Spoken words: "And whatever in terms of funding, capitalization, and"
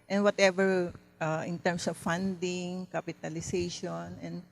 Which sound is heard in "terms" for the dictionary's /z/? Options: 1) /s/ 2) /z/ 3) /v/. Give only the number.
1